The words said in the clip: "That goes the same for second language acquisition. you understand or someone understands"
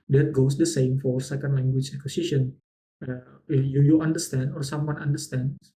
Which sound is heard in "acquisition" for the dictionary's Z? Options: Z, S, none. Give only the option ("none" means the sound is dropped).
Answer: S